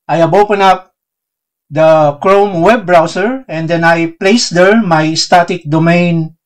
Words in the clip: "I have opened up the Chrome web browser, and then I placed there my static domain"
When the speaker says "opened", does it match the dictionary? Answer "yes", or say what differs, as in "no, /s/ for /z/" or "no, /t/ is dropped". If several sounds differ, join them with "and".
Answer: no, /d/ is dropped